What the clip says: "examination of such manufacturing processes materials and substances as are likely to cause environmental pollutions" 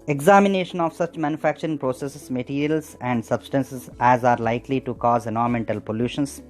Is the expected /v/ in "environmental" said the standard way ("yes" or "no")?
no